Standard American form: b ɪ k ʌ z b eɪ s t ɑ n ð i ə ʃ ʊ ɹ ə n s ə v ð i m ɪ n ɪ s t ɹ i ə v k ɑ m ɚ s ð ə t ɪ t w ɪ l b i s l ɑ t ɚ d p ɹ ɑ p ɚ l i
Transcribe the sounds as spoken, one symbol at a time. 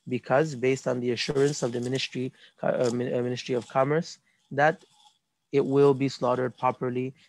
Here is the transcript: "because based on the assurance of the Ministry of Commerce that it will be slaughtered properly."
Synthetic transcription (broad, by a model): b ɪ k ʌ z b eɪ s t n ð i ə ʃ ʊ ɹ ə n s ə v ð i m ɪ n ɪ s t ɹ i ə v k ɑ m ɚ s ð ə t ɪ t w ɪ l b i s l ɑ t ɚ d p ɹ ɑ p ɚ l i